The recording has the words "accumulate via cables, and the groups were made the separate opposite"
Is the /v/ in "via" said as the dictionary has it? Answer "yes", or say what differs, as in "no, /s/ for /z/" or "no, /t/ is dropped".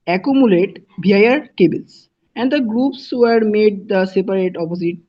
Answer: no, /b/ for /v/